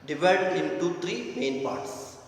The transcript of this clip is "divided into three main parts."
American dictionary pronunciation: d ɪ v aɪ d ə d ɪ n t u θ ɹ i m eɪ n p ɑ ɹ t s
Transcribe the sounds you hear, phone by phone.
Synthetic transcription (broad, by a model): d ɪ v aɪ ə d ɪ n t u t ɹ i m eɪ n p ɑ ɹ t s